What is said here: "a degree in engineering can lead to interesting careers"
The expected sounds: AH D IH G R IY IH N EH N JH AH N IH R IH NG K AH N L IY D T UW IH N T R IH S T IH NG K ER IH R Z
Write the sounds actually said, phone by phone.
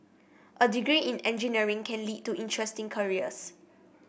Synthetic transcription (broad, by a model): AH D IH G R IY IH N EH N JH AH N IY R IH NG K AH N L IY D T UW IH N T R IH S T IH NG K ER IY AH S